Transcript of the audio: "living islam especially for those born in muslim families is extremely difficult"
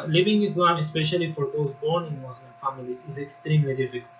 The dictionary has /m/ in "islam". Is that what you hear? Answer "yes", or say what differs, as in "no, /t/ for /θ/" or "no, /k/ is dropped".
yes